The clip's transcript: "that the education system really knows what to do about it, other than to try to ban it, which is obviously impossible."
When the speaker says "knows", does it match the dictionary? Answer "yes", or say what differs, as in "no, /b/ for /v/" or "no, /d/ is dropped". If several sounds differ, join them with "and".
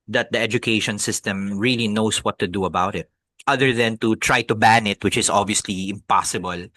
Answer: no, /s/ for /z/